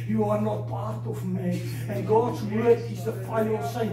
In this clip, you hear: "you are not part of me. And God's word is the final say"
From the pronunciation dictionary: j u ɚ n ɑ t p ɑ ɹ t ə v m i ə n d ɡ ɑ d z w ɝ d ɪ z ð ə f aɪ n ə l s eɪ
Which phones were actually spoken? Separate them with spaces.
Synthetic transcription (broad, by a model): j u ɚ n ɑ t p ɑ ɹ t ə v m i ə n ɡ ɑ d z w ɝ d ɪ z ð ə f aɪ ə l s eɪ